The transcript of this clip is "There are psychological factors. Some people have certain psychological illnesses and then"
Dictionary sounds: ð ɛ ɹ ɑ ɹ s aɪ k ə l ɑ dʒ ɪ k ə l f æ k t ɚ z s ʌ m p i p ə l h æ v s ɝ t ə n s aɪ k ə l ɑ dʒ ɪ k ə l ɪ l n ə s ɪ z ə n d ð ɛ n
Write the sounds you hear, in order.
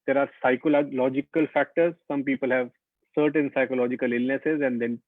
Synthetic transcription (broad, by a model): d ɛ ɹ ɑ ɹ s aɪ k ə l ɑ dʒ ɪ k ə l f æ k t ɚ z s ʌ m p i p ə l h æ v s ɝ t ə n s aɪ k ə l ɑ dʒ ɪ k ə l ɪ l n ə s ɪ z ə n d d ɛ n